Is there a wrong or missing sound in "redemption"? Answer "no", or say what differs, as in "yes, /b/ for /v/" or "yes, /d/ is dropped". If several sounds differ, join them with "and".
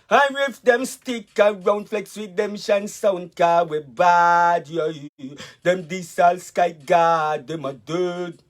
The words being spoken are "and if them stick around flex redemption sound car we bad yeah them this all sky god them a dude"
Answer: yes, /w/ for /ɹ/